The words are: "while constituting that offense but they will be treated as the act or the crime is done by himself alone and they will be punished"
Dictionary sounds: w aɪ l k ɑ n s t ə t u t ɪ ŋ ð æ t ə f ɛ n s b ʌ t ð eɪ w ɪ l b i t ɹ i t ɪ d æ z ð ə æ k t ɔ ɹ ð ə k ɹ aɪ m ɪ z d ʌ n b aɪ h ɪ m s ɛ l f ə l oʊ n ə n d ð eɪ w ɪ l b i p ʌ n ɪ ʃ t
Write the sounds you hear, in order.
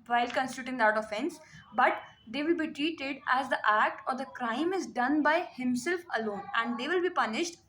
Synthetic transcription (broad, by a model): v aɪ l k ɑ n s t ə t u t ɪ ŋ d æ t ə f ɛ n s b ʌ t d eɪ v ɪ l b i t ɹ i t ɪ d æ z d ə æ k t ɔ ɹ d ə k ɹ aɪ m ɪ z d ʌ n b aɪ h ɪ m s ɛ l f ə l oʊ n ə n d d eɪ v ɪ l b i p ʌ n ɪ ʃ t